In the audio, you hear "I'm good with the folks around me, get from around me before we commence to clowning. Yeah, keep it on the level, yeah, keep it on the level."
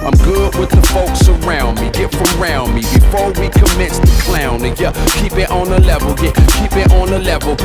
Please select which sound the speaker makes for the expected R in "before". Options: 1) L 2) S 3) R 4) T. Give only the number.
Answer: 3